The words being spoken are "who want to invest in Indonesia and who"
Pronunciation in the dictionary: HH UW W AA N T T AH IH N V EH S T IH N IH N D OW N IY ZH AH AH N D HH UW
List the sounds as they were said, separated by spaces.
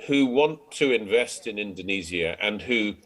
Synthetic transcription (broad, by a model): HH UW W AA N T T AH IH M V EH S T IH N IH N D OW N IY Z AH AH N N HH UW